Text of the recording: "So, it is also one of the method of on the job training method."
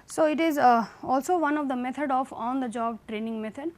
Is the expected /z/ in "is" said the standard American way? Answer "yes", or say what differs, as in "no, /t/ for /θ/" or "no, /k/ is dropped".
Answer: yes